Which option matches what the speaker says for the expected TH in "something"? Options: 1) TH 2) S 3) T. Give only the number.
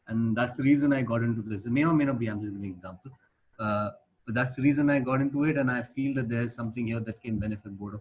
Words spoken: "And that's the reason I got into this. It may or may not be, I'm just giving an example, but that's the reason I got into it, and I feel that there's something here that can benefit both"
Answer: 3